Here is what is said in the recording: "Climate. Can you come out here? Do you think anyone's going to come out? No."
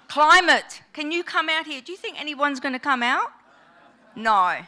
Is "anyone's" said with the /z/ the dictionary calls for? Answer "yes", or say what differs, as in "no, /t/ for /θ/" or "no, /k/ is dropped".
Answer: yes